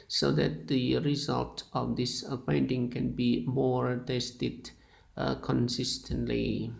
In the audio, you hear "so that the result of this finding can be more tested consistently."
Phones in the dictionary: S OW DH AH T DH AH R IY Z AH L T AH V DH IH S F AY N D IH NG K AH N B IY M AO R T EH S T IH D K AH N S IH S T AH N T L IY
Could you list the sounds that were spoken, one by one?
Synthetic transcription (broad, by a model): S OW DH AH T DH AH R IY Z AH L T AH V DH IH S P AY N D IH NG K AH N B IY M AO R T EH S T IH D K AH N S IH S T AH N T L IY